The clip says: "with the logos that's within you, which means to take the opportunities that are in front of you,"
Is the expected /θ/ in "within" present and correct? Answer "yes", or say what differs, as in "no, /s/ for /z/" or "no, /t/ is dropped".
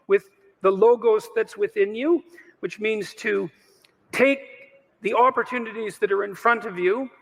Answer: yes